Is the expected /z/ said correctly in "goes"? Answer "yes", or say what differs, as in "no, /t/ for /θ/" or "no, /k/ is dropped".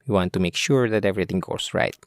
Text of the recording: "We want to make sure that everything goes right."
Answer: no, /s/ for /z/